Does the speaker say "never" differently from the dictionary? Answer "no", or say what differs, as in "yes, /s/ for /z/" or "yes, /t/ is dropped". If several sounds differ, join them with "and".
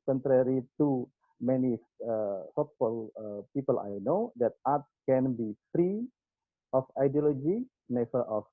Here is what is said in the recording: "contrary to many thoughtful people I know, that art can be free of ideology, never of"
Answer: yes, /f/ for /v/